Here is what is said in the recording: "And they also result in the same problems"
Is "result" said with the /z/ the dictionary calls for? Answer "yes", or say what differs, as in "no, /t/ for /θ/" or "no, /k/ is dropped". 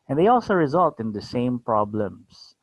yes